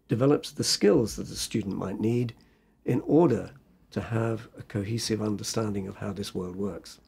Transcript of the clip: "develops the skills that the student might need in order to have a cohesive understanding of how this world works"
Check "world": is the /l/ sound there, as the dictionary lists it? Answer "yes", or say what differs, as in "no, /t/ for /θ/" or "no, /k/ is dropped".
yes